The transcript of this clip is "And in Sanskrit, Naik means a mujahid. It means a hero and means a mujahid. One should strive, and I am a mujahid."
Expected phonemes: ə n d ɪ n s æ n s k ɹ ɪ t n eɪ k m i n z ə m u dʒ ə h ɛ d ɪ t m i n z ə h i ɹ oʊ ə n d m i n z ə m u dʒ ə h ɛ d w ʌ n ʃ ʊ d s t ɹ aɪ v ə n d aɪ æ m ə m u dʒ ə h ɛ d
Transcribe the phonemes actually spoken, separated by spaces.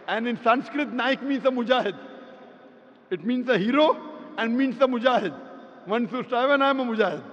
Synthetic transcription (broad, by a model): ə n ɪ n s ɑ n s k ɹ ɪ t n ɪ k m i n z ə m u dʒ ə h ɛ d ɪ t m i n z ə h i ɹ oʊ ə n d m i n s ə m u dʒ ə h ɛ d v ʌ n s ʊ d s t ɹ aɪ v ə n aɪ m ə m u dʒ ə h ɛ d